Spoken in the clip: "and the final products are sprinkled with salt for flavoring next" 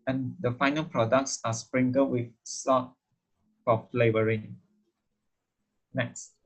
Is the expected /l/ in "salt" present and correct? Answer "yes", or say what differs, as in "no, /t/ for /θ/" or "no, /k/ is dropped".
no, /l/ is dropped